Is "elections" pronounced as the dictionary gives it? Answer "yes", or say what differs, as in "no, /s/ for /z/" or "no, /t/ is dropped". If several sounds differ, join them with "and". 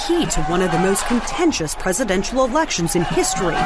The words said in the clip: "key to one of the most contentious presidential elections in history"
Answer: yes